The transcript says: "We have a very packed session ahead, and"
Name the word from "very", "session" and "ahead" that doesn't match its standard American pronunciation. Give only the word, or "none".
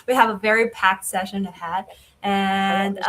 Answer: none